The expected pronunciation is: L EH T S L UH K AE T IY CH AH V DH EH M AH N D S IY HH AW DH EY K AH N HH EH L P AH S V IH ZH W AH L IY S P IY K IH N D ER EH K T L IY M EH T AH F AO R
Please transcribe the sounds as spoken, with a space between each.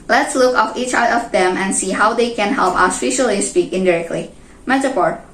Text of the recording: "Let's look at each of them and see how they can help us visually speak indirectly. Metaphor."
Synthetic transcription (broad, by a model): L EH T S L UH K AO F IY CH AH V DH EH M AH N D S IY HH AW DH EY K AH N HH EH L P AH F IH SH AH L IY S P IY K IH N D ER EH K T L IY M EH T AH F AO R